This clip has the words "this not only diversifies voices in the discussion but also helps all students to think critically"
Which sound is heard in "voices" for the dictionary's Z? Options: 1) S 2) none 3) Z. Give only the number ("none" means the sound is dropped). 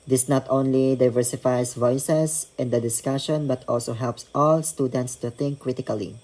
1